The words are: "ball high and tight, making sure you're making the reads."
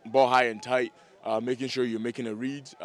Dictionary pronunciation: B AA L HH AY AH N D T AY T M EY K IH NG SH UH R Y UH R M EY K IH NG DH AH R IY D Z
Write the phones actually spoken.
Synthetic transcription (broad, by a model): B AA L HH AY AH N T AY T M EY K IH NG SH UH R Y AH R M EY K IH NG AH R IY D